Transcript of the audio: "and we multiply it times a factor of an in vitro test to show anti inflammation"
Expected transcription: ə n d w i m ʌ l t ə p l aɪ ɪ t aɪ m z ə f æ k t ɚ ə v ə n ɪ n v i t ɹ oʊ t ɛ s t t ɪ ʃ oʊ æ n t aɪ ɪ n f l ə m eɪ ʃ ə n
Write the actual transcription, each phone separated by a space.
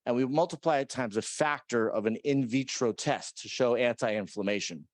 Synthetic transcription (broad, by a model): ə n w i m ʌ l t ə p l aɪ ɪ t aɪ m z ə f æ k t ɚ ə v ə n ɪ n v i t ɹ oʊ t ɛ s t t ɪ ʃ oʊ æ n t aɪ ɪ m f l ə m eɪ ʃ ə n